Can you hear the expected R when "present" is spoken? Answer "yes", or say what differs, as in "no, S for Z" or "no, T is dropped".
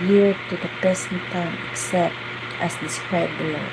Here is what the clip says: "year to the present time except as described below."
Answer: no, R is dropped